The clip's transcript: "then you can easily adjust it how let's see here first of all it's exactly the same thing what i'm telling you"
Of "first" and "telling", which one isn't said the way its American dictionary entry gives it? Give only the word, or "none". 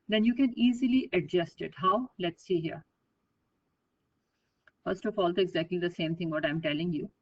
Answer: none